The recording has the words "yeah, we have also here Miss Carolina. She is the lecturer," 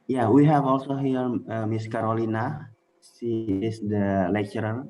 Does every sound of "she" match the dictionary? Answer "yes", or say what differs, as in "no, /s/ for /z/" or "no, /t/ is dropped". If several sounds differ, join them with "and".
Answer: no, /s/ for /ʃ/